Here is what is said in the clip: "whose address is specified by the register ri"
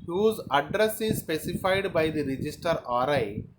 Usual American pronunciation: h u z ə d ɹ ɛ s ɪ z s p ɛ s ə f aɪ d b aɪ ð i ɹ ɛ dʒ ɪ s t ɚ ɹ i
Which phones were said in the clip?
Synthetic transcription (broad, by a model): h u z ə d ɹ ɛ s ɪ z s p ɛ s ə f aɪ d b aɪ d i ɹ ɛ dʒ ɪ s t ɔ ɹ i